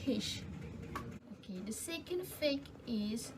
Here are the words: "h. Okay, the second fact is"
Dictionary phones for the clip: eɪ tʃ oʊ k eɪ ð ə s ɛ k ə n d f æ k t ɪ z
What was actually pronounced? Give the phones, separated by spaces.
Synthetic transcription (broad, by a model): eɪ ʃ oʊ k eɪ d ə s ɛ k ə n d f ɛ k ɪ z